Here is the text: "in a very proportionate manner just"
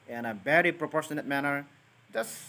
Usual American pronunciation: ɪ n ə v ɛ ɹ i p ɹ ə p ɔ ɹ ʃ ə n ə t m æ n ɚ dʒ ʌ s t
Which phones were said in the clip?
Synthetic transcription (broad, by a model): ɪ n ə b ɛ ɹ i p ɹ ə p ɔ ɹ ʃ ə n ə t m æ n ɚ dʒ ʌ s